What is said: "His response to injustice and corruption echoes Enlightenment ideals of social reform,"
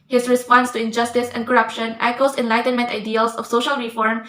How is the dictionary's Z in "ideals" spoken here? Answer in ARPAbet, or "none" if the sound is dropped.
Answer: S